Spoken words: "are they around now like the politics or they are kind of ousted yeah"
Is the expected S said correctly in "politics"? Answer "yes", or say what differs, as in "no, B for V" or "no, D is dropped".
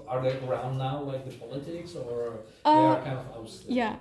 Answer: yes